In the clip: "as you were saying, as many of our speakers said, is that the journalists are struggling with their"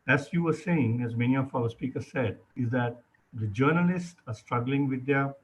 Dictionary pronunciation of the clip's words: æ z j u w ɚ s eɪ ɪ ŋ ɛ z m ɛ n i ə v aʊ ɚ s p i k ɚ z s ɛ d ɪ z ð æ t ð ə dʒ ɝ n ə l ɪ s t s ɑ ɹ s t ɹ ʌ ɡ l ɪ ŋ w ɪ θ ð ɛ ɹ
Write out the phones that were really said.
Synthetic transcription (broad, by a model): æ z j u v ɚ s eɪ ɪ ŋ ɛ z m ɛ n i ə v aʊ ɚ s p i k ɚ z s ɛ d ɪ z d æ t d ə dʒ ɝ n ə l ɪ s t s ɑ ɹ s t ɹ ʌ ɡ l ɪ ŋ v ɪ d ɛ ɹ